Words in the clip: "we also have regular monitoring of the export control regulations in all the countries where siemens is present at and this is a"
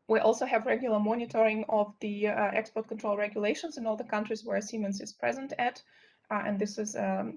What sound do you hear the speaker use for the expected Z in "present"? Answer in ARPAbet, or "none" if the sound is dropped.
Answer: Z